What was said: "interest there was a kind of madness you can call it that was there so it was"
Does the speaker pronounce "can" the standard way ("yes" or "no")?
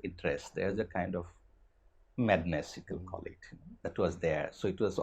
no